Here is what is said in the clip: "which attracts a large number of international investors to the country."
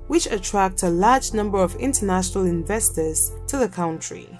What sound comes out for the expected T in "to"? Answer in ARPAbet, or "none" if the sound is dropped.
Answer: T